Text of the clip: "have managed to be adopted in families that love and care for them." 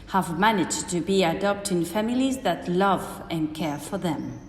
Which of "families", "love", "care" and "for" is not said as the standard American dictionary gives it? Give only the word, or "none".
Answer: none